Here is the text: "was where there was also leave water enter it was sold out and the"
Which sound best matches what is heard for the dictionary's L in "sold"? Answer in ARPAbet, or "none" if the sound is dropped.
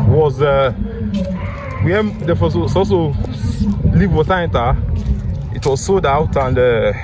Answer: none